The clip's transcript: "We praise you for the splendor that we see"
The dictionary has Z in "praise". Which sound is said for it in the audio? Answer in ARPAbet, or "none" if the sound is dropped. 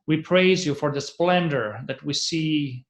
Z